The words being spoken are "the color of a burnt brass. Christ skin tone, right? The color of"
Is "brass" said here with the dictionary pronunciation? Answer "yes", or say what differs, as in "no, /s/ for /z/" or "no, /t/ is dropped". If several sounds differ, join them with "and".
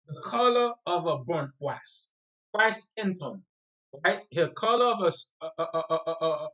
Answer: no, /w/ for /ɹ/